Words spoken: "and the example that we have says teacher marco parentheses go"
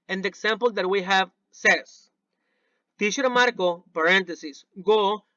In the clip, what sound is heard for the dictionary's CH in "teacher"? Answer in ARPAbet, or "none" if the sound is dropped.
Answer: SH